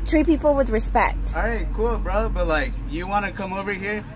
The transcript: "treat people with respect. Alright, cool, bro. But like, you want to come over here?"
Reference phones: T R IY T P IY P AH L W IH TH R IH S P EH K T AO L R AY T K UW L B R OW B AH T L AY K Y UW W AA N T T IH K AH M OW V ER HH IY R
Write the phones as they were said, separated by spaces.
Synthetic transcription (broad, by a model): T R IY P IY P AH L W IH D R IH S P EH K T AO R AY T K UW L B R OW B AH T L AY K Y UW W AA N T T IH K AH M OW V ER HH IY R